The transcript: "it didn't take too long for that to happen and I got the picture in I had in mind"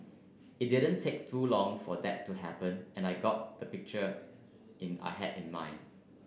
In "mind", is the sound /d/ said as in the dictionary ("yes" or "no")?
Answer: no